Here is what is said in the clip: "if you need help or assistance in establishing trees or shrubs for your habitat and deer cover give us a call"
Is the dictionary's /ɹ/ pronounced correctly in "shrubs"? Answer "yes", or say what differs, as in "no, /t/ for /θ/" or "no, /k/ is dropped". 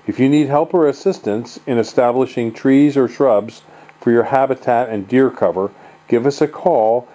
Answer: yes